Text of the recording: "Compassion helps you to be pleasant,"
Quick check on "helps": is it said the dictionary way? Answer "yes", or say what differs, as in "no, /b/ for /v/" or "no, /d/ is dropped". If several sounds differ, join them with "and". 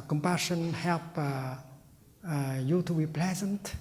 no, /s/ is dropped